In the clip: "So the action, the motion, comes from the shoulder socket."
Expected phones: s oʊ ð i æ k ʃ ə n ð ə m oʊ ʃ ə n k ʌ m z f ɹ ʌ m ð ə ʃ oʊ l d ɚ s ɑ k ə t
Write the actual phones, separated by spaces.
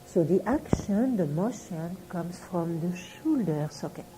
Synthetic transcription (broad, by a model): s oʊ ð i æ k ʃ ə n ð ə m oʊ ʃ ə n k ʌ m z f ɹ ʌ m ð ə ʃ oʊ l d ɚ s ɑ k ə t